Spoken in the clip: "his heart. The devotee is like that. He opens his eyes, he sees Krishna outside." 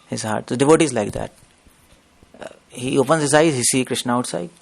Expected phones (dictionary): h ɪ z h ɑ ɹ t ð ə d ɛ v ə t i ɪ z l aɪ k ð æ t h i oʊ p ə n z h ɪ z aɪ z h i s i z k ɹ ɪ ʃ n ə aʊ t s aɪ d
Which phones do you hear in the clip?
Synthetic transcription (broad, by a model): h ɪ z h ɑ ɹ t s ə d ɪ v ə t i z l aɪ k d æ t h i oʊ p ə n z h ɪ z aɪ z h i s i k ɹ ɪ ʃ n ə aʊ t s aɪ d